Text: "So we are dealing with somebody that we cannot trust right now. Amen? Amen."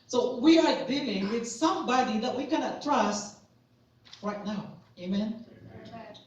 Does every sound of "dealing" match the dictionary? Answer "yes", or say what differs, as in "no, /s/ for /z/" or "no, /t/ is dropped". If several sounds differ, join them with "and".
yes